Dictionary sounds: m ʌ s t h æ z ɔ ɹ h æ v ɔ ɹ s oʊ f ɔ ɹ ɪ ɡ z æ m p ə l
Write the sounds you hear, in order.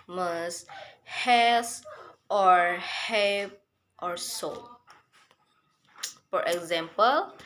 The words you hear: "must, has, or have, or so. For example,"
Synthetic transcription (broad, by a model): m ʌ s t h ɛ s ɔ ɹ h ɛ p ɔ ɹ s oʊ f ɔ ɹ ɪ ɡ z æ m p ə l